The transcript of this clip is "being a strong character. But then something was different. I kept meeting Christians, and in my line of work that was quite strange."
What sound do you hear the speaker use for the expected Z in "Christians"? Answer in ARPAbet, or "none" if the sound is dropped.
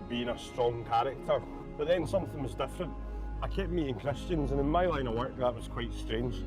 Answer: Z